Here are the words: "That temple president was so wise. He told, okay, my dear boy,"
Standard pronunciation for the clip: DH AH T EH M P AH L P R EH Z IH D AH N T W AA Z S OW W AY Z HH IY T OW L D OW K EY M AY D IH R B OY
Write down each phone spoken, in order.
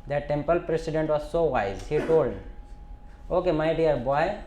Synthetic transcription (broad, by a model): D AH T EH M P AH L P R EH S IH D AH N T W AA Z S OW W AY Z HH IY T OW L D OW K EY M AY D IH R B OY